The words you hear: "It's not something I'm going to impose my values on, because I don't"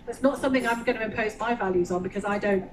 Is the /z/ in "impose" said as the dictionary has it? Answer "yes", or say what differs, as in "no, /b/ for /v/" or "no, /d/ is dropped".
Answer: yes